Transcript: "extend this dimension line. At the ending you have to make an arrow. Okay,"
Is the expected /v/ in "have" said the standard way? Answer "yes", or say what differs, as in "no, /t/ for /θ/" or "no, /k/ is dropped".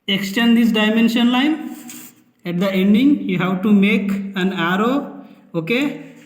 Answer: no, /w/ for /v/